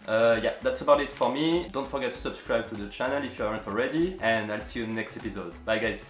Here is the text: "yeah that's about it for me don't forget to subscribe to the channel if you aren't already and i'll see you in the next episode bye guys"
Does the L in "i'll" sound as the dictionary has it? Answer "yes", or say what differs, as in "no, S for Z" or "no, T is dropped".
yes